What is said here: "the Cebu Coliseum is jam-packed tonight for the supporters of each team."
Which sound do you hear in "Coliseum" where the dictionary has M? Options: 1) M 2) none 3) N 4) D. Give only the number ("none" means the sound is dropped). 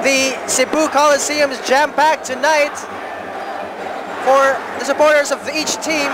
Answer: 1